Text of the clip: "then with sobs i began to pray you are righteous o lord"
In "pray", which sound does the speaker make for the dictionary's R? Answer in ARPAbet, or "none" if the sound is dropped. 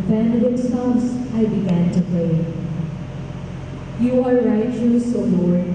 L